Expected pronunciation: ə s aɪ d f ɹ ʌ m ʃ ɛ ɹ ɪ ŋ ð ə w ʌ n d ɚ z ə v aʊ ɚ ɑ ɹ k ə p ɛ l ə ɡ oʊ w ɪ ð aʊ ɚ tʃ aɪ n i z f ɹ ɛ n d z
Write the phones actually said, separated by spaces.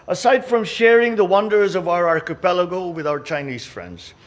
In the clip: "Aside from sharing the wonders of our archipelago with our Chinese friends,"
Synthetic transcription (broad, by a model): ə s aɪ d f ɹ ʌ m ʃ ɛ ɹ ɪ ŋ ð ə w ʌ n d ɚ z ə v aʊ ɚ ɑ ɹ k ə p ɛ l ə ɡ oʊ w ɪ ð aʊ ɚ tʃ aɪ n i z f ɹ ɛ n d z